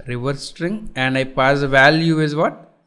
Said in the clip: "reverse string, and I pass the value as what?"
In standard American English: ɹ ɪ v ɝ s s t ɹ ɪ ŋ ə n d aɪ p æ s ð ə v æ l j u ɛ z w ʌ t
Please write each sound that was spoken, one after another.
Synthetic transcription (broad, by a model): ɹ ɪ v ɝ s s t ɹ ɪ ŋ ə n d aɪ p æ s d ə v æ l j u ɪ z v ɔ t